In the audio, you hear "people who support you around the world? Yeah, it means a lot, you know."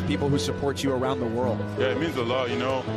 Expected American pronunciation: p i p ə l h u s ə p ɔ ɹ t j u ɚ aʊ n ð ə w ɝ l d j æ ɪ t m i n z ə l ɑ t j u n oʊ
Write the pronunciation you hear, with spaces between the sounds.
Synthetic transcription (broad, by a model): p i p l h u s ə p ɔ ɹ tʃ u ɚ aʊ n ð ə w ɝ l d j æ ɪ t m i n z ə l ɑ t j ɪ n oʊ